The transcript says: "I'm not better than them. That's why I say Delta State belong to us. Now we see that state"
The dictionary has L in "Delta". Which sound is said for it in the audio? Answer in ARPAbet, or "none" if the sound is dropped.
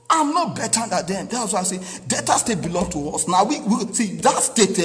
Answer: none